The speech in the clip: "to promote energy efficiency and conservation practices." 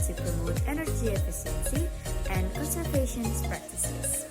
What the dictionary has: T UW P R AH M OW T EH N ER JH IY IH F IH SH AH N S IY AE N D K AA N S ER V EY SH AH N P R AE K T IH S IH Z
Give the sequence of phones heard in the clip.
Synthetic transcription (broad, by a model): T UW P R AH M OW T EH N ER JH IY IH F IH S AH L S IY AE N D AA S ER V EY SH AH N P R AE K T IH S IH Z